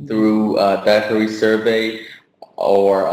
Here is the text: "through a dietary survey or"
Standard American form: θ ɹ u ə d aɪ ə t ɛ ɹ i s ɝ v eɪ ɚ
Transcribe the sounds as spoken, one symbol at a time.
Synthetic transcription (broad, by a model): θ ɹ u ə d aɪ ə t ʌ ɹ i s ɝ v eɪ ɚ